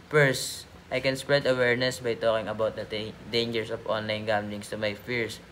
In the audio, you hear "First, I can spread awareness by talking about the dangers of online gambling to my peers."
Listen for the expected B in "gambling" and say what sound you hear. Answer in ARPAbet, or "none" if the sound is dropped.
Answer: none